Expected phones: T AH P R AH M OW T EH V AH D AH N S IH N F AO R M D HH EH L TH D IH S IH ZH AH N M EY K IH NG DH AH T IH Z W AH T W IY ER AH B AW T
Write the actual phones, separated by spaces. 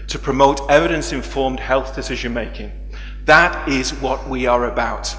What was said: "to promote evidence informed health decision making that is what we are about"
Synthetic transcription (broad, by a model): T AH P R AH M OW T EH V AH D AH N S IH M F AO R M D HH EH L TH D IH S IH ZH AH N M EY K IH NG DH AH T IH Z W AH T W IY ER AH B AW T